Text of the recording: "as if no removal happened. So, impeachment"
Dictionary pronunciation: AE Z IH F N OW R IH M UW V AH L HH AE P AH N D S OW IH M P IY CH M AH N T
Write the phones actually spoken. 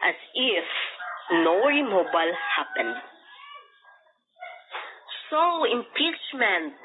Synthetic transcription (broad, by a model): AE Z IH F N OW R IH M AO B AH L HH AE P AH N D S OW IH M P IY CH M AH N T